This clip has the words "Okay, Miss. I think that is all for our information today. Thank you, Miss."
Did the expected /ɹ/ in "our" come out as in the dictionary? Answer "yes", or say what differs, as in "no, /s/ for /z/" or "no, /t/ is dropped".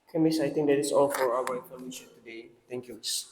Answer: no, /w/ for /ɹ/